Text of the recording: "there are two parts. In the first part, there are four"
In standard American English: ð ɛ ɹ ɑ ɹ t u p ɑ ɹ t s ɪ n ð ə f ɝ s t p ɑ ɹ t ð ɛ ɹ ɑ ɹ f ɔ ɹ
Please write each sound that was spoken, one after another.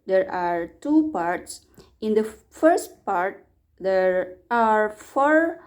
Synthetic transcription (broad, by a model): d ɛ ɹ ɑ ɹ t u p ɑ ɹ t s ɪ n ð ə f ɝ s t p ɑ ɹ t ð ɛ ɹ ɑ ɹ f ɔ ɹ